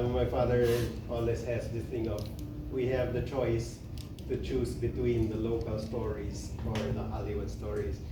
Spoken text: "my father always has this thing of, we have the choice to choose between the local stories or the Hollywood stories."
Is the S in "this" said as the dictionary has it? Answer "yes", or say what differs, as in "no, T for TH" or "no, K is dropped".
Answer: no, S is dropped